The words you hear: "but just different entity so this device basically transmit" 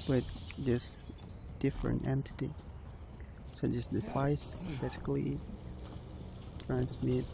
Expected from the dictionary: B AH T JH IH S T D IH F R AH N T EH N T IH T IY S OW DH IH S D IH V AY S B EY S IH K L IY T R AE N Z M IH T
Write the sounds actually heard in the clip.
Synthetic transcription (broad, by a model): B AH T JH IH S D IH F R AH N T EH N T IH T IY S OW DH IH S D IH F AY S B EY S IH K L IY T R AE N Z M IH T